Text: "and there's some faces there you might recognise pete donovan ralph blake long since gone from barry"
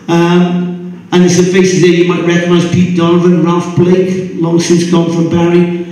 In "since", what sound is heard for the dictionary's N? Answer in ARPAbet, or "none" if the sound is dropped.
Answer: N